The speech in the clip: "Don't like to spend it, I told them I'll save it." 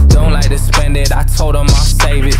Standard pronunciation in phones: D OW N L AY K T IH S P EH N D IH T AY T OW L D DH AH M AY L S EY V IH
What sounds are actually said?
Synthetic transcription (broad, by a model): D OW N L AY K T IH S P EH N D IH T AY T OW L D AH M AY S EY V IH